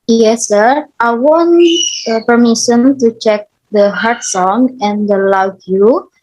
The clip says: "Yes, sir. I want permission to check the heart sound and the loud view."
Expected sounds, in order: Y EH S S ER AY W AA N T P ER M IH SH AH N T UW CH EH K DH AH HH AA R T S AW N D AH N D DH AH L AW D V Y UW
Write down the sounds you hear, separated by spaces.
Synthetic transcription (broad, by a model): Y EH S S ER AY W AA N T P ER M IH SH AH N T UW CH EH K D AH HH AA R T S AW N AH N D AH L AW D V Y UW